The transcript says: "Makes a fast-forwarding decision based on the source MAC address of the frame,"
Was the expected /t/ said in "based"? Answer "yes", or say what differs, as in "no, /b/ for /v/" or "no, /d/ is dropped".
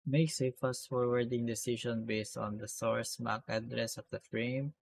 yes